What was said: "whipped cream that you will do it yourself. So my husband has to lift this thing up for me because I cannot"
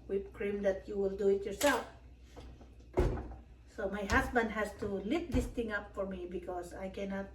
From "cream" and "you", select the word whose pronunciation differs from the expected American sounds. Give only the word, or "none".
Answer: none